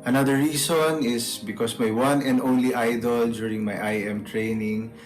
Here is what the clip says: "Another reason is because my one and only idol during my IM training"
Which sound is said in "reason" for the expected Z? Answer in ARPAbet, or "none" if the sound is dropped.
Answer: S